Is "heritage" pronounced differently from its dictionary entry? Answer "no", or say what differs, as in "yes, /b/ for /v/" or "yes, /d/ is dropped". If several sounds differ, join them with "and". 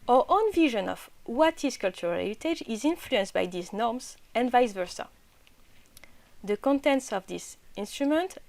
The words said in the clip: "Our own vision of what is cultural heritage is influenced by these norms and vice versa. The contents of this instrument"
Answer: yes, /l/ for /ɹ/